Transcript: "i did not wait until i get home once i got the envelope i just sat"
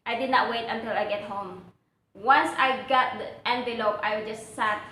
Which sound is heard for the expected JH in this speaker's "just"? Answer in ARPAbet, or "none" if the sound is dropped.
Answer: JH